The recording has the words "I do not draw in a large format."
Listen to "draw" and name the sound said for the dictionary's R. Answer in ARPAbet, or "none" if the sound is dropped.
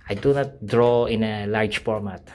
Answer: R